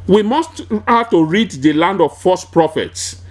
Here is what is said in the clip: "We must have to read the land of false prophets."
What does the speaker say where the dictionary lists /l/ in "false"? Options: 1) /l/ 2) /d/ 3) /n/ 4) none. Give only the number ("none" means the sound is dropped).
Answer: 4